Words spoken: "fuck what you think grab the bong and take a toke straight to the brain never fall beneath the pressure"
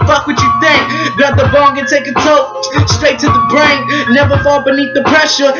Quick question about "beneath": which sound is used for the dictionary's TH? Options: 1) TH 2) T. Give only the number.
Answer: 1